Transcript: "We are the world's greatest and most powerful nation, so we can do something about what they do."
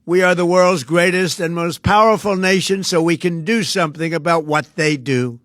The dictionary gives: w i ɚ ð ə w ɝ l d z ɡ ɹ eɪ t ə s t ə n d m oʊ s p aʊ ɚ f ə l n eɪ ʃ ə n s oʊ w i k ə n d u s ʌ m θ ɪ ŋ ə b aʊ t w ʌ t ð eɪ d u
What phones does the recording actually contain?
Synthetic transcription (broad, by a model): w i ɚ ð ə w ɝ l d z ɡ ɹ eɪ t ə s t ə n m oʊ s p aʊ ɚ f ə l n eɪ ʃ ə n s oʊ w i k ə n d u s ʌ m θ ɪ ŋ ə b aʊ t w ʌ t ð eɪ d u